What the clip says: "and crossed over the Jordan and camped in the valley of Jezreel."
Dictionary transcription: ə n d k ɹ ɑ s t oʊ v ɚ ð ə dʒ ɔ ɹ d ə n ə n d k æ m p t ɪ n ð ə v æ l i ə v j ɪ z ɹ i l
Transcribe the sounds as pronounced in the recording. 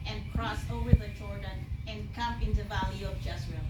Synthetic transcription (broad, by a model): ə n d k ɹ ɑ s oʊ v ɚ ð ə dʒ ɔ ɹ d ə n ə n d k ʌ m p ɪ n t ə v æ l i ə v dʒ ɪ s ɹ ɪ